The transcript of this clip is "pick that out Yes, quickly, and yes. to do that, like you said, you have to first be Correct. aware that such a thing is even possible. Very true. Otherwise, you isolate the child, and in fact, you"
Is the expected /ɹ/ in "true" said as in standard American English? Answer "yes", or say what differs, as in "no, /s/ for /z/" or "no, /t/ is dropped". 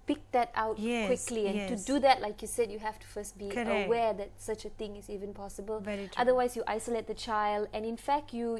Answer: no, /ɹ/ is dropped